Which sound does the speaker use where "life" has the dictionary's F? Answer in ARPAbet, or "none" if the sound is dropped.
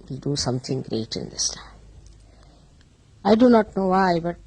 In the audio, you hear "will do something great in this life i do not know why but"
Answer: none